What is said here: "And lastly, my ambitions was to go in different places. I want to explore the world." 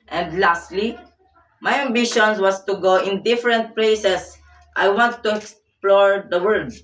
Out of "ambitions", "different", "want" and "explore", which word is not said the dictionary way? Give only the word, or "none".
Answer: ambitions